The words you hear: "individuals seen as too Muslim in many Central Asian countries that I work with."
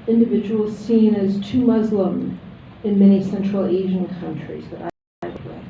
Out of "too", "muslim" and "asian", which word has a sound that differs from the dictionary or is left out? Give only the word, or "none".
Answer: none